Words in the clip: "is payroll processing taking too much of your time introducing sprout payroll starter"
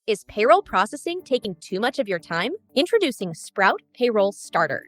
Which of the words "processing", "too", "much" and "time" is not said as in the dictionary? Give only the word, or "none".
none